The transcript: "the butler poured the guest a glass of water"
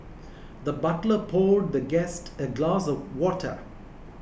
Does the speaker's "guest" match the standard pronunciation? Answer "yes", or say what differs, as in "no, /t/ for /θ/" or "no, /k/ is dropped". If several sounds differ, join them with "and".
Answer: yes